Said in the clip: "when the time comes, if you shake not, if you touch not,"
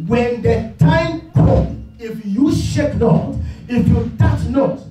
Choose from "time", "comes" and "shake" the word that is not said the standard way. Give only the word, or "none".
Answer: comes